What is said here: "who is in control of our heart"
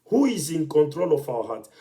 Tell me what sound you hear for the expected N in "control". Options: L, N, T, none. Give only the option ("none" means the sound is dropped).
N